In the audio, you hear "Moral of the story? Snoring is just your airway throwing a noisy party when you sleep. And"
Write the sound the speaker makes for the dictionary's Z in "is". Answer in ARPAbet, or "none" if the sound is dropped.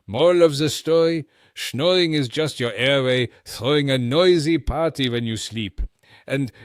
Z